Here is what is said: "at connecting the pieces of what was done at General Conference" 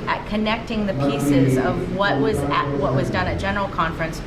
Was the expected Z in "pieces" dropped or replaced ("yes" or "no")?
no